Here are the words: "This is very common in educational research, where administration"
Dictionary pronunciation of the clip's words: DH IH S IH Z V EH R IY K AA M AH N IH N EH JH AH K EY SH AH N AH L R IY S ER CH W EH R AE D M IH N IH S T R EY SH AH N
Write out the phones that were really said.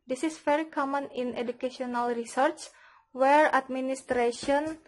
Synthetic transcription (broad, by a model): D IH S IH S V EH R IY K AA M AH N IH N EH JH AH K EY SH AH N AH L R IY S ER CH W EH R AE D M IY N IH S T R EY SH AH N